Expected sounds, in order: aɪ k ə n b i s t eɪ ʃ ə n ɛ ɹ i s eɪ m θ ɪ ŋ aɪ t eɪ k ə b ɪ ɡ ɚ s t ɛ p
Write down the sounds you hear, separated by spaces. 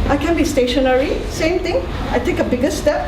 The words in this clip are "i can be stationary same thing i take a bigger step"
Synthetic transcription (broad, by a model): aɪ k ə n b i s t eɪ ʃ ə n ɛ ɹ i s eɪ m t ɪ ŋ aɪ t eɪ k ə b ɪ ɡ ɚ s t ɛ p